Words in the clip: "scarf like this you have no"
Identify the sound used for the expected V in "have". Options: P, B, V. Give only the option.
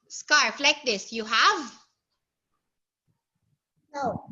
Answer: V